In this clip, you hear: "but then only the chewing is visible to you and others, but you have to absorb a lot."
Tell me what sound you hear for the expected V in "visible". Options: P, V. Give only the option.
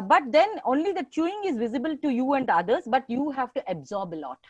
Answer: V